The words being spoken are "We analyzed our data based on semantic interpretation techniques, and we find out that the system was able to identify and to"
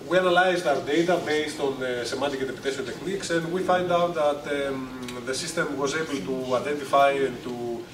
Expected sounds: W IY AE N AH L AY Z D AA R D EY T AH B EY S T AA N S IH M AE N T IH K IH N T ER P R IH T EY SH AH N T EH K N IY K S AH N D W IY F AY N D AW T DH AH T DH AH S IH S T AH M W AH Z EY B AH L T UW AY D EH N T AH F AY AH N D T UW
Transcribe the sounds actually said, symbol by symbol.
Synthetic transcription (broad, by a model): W IY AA N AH L AY Z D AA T D EY T AH B EY S T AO N S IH M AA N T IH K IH T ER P IH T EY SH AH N T EH K N IY K S AH N D W IY F AY N D AW T DH AH T DH AH S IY S T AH M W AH Z EY B AH L T UW AY D EH N T AH F AY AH N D T UW